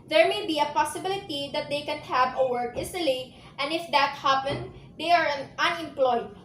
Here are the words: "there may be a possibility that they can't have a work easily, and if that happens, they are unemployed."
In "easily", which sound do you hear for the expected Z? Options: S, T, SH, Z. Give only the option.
S